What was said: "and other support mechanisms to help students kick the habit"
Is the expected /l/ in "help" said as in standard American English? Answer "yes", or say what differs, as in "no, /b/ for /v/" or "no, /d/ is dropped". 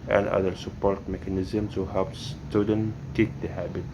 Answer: no, /l/ is dropped